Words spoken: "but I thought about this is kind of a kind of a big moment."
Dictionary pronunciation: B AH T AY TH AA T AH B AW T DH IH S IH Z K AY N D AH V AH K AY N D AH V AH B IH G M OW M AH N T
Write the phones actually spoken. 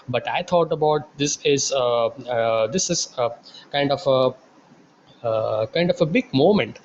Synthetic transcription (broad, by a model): B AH T AY T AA T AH B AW T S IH S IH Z K AY N D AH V AH K AY N D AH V AH B IH G M OW M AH N T